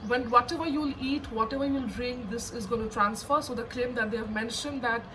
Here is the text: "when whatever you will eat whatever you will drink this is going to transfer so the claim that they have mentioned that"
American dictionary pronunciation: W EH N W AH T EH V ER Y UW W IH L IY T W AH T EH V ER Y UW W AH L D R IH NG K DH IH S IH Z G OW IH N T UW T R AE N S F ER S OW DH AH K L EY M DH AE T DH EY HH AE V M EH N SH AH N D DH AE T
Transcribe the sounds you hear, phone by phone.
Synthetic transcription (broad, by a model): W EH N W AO T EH V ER Y UW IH L IY T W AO T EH V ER Y UW L D R IH NG K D IH S IH Z G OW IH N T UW T R AE N S F ER S OW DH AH K L EY M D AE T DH EY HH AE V M EH N SH AH N D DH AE T